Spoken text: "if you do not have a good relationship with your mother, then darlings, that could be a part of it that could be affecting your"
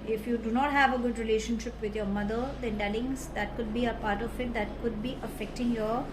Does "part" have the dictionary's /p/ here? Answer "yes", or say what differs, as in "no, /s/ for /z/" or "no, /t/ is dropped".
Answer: yes